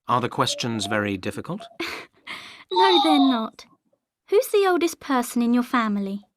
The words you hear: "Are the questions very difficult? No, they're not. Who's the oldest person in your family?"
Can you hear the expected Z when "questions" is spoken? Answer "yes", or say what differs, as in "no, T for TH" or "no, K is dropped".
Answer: yes